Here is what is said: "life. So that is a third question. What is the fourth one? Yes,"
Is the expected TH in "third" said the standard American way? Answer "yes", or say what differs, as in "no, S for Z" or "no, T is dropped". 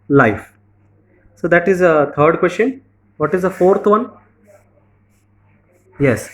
no, T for TH